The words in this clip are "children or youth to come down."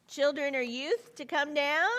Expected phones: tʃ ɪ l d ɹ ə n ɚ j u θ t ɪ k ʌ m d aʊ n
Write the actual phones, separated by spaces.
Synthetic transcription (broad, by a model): tʃ ɪ l d ɹ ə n ɚ j u θ t ɪ k ʌ m d aʊ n